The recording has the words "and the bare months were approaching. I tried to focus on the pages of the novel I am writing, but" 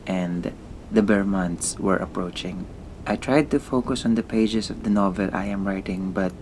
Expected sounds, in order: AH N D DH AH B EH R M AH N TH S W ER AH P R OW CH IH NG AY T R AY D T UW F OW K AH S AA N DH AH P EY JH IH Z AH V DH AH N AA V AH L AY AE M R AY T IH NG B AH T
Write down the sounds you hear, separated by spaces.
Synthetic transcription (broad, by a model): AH N D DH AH B EH R M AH N T S W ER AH P R OW CH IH NG AY T R AY D T UW F OW K AH S AA N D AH P EY JH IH S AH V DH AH N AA V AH L AY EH M R AY T IH NG B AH T